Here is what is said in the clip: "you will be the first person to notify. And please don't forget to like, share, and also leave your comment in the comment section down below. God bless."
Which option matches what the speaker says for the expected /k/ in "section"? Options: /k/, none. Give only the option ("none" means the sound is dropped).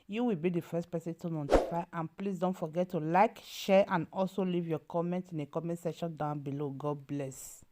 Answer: none